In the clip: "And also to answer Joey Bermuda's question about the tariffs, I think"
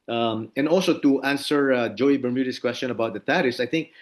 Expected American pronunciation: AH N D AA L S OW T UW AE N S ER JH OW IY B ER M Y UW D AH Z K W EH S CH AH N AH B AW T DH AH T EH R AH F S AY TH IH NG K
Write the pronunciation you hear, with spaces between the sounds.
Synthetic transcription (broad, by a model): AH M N AA L S OW T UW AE N S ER JH OW IY B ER M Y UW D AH S K W EH S CH AH N AH B AW T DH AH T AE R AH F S AY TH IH NG K